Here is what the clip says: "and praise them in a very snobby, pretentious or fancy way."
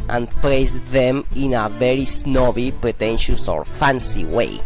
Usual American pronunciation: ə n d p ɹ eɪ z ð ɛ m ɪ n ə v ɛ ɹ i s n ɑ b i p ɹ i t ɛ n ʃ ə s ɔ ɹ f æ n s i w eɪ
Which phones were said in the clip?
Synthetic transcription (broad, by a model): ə n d p l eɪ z ð ɛ m ɪ n ə v ɛ ɹ i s n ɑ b i p ɹ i t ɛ n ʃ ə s ɔ ɹ f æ n s i w eɪ